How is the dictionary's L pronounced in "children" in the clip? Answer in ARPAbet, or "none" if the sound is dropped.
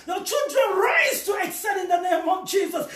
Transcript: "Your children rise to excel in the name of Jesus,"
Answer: L